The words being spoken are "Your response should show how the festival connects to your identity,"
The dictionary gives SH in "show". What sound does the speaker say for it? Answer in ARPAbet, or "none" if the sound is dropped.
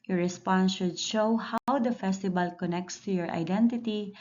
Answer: SH